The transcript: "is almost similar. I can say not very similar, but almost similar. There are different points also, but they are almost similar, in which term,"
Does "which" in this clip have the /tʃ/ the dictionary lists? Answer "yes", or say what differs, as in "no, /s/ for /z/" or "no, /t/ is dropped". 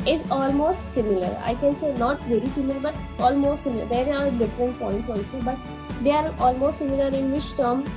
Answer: no, /ʃ/ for /tʃ/